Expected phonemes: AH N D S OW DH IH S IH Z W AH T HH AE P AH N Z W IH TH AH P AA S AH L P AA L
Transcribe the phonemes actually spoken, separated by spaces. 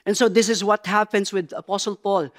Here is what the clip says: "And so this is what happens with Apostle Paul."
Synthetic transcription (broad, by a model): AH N S OW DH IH S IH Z W AH T HH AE P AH N S W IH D AH P AA S AH L P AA L